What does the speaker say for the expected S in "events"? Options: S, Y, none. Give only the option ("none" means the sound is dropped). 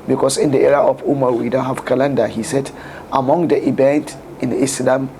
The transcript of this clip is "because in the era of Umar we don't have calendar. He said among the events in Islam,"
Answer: none